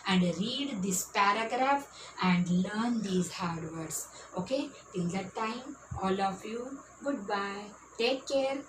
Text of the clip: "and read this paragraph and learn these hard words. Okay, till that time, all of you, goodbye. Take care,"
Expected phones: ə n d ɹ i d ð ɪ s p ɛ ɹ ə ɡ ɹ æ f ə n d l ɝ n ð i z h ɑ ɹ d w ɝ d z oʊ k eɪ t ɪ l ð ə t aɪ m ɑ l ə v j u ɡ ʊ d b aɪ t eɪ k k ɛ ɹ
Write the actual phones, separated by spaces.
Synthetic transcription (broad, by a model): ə n d ɹ i d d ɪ s p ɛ ɹ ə ɡ ɹ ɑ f ə n d l ɝ n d i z h ɑ ɹ d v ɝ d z oʊ k eɪ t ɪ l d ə t aɪ m ɑ l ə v j u ɡ ʊ d b aɪ t eɪ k k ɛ ɹ